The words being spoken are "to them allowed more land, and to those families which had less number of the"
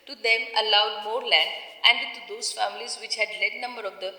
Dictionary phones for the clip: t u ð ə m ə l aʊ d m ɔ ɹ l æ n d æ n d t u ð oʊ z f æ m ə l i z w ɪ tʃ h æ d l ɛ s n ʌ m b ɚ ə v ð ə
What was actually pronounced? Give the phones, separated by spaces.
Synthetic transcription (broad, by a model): t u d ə m ə l aʊ d m ɔ ɹ l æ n æ n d t u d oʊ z f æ m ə l i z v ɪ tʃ h æ d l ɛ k n ʌ m b ɚ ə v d ə